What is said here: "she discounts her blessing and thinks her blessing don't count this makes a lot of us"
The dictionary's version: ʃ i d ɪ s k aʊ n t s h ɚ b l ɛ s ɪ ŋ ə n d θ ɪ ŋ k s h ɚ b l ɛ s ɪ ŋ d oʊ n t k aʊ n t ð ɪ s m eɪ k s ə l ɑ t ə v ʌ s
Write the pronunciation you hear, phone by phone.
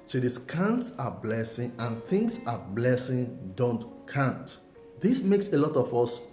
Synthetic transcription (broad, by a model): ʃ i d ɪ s k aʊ n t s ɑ b l ɛ s ɪ ŋ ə n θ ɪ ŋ s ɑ b l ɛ s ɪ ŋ d oʊ n t k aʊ n t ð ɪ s m eɪ k s ə l ɑ t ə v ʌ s